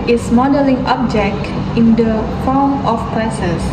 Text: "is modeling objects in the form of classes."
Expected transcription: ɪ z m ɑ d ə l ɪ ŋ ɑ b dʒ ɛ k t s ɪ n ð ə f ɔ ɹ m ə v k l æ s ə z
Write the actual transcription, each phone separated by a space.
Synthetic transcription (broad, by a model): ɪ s m ɑ d ə l ɪ ŋ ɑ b dʒ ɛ k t ɪ n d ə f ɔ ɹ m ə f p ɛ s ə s